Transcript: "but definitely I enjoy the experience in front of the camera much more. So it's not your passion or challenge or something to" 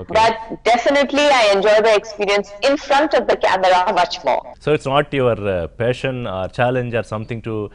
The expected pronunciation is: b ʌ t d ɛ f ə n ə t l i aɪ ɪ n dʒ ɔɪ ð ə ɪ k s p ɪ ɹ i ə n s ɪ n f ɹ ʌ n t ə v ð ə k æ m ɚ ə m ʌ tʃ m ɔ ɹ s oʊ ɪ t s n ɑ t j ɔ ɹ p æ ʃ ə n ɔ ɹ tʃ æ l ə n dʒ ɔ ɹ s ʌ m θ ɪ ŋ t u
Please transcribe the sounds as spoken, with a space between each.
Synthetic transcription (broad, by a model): b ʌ t d ɛ f ə n ə t l i aɪ ɪ n dʒ ɔɪ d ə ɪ k s p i ɹ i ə n s ɪ n f ɹ ʌ n t ə v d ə k æ m ɚ ə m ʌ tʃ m ɔ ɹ s oʊ ɪ t s n ɑ t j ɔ ɹ p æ ʃ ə n ɔ ɹ tʃ æ l ə n dʒ ɔ ɹ s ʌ m t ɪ ŋ t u